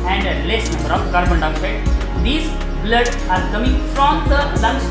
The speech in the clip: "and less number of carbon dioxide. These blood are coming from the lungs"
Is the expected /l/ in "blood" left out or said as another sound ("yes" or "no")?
no